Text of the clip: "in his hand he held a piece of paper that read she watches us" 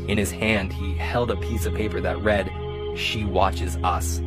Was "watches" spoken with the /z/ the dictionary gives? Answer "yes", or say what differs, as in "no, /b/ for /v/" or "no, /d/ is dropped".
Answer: yes